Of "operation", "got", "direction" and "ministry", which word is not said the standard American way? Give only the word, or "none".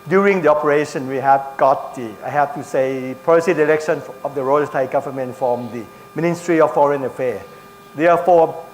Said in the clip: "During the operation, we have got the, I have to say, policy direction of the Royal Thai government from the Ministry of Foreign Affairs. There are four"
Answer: direction